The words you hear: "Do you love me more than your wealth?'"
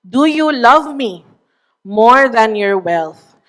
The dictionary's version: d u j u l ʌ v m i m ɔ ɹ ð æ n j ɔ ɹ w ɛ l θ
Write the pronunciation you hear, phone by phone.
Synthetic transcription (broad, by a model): d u j u l ʌ v m i m ɔ ɹ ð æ n j ɔ ɹ w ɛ l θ